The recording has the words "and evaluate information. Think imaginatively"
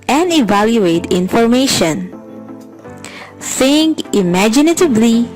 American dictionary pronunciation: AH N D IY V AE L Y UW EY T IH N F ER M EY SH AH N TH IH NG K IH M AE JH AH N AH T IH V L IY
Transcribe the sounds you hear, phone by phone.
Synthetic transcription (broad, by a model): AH N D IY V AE L Y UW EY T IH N F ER M EY SH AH N S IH NG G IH M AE JH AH N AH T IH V L IY